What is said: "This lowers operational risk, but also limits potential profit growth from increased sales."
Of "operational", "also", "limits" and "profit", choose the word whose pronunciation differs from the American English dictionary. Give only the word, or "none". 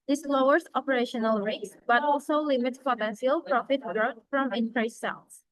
none